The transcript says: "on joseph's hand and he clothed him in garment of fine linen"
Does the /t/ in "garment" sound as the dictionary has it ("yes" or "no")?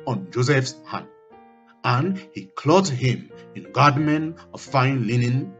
no